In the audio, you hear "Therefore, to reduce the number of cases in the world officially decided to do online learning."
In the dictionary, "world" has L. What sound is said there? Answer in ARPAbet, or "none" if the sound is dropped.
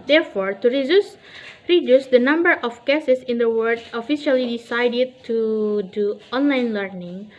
none